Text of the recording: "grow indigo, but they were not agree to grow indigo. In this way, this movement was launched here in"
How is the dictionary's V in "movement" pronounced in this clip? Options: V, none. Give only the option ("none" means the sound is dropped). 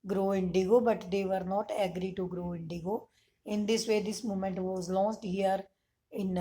none